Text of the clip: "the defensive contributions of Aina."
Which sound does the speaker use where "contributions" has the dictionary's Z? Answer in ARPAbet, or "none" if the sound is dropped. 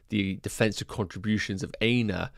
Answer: Z